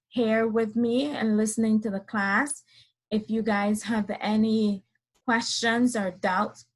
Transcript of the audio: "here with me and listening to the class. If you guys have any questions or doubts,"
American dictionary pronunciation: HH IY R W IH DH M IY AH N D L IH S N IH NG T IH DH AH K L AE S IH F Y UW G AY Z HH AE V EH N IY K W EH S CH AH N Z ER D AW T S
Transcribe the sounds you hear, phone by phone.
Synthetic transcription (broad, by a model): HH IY R W IH DH M IY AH N L IH S N IH NG T IH DH AH K L AE S IH F Y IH G AY Z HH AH V EH N IY K W EH S CH AH N Z ER D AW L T